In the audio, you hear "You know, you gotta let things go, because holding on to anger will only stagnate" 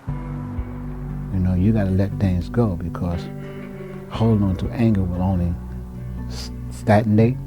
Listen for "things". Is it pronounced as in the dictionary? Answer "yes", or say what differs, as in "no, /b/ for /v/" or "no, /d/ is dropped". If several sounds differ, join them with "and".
yes